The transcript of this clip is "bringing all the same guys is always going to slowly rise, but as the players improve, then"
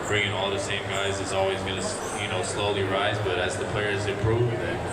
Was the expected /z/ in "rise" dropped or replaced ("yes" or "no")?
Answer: no